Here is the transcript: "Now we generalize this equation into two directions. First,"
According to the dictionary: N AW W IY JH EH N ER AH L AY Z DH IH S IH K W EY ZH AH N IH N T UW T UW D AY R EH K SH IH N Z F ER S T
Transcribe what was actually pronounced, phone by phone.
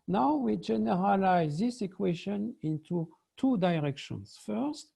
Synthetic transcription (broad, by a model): N AW W IY JH EH N ER AH L AY Z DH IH S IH K W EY SH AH N IH N T UW T UW D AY R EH K SH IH N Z F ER S T